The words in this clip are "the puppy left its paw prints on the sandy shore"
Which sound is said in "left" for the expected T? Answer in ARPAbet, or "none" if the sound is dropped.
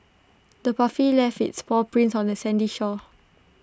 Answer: none